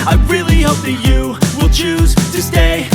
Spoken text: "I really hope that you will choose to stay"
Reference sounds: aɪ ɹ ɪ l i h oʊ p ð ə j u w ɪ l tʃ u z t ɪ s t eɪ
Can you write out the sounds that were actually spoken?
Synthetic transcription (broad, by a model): aɪ ɹ ɪ l i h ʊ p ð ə j u w ɪ l tʃ u z t ɪ s t eɪ